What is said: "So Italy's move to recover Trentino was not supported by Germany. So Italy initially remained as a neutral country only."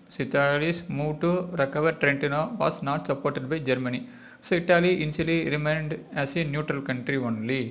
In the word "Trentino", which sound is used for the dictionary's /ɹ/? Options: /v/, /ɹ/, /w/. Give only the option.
/ɹ/